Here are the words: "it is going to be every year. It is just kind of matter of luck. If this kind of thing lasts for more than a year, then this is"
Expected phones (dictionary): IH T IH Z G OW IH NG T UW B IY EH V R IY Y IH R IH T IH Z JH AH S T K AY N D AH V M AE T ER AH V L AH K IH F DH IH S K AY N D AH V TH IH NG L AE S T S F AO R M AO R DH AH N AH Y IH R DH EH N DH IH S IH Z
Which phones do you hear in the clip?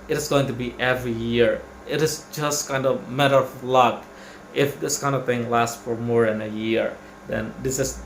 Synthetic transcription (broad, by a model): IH T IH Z G OW IH NG T UW B IY EH V R IY Y IH R IH T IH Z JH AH S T K AY N D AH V M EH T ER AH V L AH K IH F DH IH S K AY N D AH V TH IH NG L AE S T F AO R M AO R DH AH N AH Y IH R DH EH N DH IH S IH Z